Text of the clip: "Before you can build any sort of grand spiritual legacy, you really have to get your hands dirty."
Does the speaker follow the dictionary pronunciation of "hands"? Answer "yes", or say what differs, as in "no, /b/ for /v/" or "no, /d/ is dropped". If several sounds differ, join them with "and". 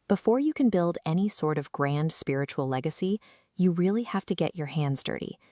yes